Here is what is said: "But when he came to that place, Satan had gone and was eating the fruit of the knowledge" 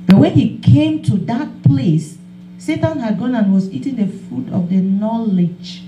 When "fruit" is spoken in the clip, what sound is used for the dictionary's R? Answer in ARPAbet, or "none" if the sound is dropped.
none